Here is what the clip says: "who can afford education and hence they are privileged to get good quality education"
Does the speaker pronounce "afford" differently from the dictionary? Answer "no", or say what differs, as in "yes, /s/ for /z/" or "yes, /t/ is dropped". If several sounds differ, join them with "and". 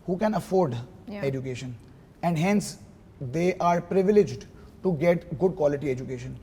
no